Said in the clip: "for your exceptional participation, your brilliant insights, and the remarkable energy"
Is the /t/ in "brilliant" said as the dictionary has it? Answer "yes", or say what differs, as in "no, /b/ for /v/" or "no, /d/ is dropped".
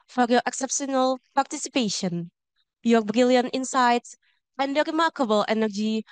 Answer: yes